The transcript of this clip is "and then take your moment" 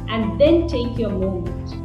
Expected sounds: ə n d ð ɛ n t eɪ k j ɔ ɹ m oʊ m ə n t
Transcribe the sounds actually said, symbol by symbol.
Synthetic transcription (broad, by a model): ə n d ð ɛ n t eɪ k j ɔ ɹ m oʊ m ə n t